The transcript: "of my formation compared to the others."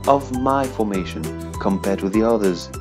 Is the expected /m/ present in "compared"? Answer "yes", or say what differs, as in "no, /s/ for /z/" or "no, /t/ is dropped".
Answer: yes